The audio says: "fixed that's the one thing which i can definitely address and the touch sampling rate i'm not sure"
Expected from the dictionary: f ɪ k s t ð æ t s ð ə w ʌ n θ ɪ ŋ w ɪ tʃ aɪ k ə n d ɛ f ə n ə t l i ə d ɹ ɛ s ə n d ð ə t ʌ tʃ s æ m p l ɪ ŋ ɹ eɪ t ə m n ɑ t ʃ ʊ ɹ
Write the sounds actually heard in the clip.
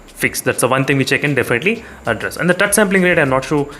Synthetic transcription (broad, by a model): f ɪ k s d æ t s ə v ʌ n t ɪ ŋ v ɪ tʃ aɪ k ə n d ɛ f ə n ə t l i ə d ɹ ɛ s ə n d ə t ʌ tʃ s æ m p l ɪ ŋ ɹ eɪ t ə n ɑ t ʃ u